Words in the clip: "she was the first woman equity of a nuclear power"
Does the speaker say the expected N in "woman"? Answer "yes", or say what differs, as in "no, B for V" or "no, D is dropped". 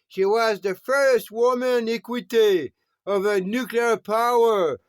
yes